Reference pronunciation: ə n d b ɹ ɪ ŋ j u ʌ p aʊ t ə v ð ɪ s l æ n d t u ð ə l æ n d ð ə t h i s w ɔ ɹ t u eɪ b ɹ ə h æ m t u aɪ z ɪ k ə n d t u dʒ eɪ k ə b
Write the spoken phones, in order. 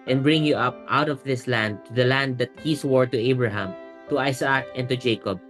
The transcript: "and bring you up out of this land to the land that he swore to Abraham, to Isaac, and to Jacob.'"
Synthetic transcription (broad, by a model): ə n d b ɹ ɪ ŋ j u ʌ p aʊ t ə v ð ɪ s l æ n d t u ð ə l æ n d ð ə t h i s w ɔ ɹ t u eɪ b ɹ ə h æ m t u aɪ s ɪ k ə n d t u dʒ eɪ k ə b